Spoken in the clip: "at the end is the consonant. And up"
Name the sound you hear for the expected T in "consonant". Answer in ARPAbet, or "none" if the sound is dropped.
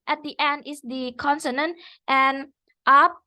T